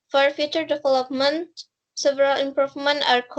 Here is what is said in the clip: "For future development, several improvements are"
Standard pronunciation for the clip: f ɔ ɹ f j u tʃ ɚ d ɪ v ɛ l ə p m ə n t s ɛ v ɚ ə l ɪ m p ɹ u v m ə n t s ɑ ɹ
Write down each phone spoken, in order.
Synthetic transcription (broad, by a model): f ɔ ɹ f j u tʃ ɚ d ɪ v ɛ l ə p m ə n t s ɛ v ɚ ə l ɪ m p ɹ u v m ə n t ɑ ɹ